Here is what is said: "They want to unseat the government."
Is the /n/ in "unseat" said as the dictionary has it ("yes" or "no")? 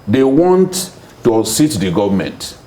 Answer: no